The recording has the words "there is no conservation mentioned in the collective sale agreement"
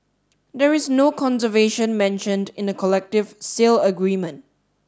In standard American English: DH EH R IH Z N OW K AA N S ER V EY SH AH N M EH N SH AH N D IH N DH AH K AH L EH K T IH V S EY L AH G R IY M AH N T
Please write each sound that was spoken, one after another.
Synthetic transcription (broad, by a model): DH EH R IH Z N OW K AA N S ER V EY SH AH N M EH N SH AH N D IH N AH K AH L EH K T IH V S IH L AH G R IY M AH N T